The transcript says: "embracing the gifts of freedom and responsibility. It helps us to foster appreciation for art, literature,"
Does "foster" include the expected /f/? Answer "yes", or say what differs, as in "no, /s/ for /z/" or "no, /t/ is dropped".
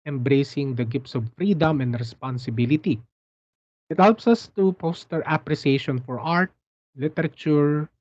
no, /p/ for /f/